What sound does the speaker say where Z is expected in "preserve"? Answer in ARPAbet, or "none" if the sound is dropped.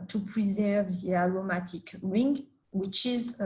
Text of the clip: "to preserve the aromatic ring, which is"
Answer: Z